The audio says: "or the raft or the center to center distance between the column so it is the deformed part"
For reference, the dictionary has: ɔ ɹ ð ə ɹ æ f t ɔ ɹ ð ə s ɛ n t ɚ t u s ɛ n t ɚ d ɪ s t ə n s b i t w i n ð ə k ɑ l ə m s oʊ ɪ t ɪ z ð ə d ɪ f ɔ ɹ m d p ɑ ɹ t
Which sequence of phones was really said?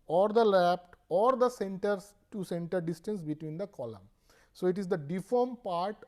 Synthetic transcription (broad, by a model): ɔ ɹ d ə l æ p t ɔ ɹ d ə s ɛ n t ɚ t u s ɛ n t ɚ d ɪ s t ə n s b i t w i n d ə k ɑ l ə m s oʊ ɪ t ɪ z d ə d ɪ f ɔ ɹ m p ɑ ɹ t